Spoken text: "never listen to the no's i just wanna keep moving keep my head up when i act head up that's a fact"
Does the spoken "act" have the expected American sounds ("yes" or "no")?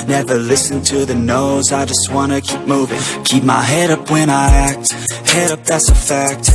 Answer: yes